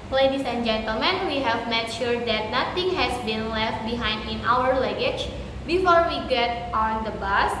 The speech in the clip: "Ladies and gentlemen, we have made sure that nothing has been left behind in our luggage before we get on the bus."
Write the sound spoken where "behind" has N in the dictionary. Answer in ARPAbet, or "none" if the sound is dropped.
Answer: N